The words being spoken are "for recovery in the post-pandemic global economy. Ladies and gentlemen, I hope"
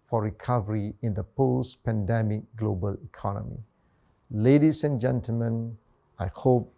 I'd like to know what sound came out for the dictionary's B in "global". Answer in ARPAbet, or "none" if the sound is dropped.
B